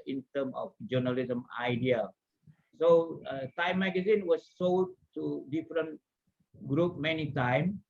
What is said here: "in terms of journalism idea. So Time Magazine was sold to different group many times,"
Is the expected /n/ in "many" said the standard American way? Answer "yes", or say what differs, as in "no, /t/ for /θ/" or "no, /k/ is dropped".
yes